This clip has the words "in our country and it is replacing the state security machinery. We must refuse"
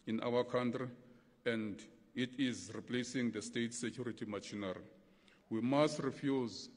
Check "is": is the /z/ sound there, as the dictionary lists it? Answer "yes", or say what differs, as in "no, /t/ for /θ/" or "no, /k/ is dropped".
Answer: yes